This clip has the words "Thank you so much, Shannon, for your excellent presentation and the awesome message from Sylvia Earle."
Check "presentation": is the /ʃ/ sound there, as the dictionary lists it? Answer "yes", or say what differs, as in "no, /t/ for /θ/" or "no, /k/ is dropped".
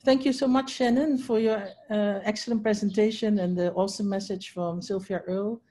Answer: yes